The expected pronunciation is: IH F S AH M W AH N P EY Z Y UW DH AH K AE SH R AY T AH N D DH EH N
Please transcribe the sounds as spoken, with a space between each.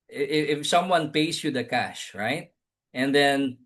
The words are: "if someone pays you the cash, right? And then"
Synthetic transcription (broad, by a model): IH F S AH M W AH N P EY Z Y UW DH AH K AE SH R AY T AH N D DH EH N